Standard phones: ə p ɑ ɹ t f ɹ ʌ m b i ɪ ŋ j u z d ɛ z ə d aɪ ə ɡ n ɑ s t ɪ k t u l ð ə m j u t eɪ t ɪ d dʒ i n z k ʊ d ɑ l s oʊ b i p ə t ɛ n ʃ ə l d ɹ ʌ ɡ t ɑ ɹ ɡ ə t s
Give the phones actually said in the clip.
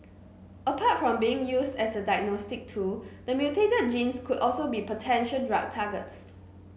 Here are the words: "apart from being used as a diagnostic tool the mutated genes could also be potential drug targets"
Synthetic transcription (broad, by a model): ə p ɑ t f ɹ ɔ m b i ɪ ŋ j u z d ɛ s ə d aɪ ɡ n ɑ s t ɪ k t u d ə m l t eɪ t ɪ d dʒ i n s k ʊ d ɑ l s oʊ b i p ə t ɛ n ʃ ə n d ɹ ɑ t ɑ ɡ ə t s